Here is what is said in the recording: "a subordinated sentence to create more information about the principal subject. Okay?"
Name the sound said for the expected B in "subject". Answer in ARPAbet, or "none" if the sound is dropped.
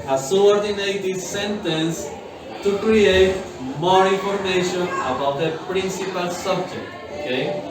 B